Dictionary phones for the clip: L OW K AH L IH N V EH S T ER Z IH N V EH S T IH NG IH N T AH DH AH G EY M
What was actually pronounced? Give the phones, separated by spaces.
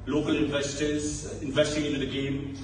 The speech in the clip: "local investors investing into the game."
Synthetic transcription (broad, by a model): L OW K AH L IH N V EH S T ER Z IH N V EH S T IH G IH T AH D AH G EY M